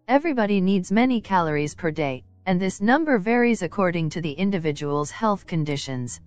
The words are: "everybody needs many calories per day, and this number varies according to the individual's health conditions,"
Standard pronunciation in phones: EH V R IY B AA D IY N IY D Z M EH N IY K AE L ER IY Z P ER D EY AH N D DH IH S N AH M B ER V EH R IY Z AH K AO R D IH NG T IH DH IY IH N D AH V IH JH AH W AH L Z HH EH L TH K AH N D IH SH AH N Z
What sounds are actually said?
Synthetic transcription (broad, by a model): EH V R IY B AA D IY N IY D Z M EH N IY K AE L ER IY Z P ER D EY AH N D DH IH S N AH M B ER V EH R IY Z AH K AO R D IH NG T IH DH IY IH N D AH V IH JH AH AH L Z HH EH L TH K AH N D IH SH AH N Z